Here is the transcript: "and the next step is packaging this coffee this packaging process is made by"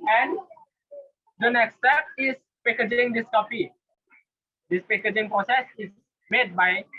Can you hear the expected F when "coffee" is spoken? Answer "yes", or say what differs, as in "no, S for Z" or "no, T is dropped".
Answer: no, P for F